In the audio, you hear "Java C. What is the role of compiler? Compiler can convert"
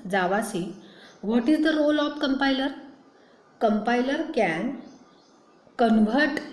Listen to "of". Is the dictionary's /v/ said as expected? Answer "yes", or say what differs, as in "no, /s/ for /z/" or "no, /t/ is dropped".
no, /p/ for /v/